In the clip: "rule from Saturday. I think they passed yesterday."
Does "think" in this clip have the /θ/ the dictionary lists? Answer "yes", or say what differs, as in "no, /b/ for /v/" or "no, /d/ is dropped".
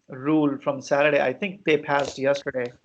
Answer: no, /t/ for /θ/